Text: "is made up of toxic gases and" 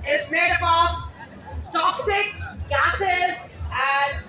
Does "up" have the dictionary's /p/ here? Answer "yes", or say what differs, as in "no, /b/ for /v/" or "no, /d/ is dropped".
no, /b/ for /p/